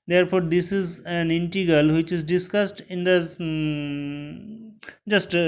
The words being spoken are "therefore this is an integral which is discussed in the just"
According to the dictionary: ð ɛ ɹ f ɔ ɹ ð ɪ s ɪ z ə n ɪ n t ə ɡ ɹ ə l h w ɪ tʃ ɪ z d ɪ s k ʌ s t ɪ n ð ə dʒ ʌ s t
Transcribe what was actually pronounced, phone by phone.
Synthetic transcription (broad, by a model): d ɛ ɹ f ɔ ɹ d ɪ s ɪ z ə n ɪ n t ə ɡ ə l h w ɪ tʃ ɪ z d ɪ s k ʌ s t ɪ n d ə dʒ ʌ s t